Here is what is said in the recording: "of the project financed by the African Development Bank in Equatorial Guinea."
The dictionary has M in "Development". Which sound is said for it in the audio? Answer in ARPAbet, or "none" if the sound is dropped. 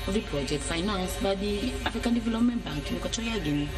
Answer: M